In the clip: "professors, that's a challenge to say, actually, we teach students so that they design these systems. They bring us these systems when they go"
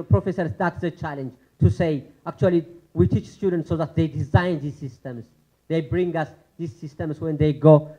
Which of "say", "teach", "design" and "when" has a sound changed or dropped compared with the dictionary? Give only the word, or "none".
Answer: none